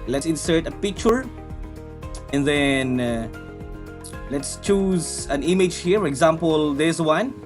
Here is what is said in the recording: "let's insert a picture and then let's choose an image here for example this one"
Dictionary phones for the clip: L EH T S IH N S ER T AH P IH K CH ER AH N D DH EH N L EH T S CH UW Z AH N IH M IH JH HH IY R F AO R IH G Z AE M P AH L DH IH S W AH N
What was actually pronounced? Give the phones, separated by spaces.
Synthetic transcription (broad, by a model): L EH T S IH N S ER T AH P IH K CH ER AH N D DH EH N L EH T S CH UW Z AH N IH M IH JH HH IY R F AO R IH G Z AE M P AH L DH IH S W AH N